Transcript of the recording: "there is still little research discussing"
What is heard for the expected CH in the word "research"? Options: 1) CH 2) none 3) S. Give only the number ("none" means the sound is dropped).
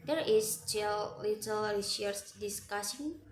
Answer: 3